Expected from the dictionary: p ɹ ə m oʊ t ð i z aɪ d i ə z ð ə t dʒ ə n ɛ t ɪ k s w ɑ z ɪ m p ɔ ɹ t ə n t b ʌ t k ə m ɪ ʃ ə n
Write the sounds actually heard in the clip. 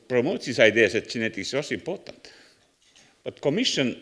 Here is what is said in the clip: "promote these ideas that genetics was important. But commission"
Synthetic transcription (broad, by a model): p ɹ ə m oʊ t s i s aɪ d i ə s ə t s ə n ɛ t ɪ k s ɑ s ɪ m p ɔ t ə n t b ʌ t k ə m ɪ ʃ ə n